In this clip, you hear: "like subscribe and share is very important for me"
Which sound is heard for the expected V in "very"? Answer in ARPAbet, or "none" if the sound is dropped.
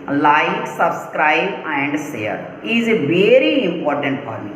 V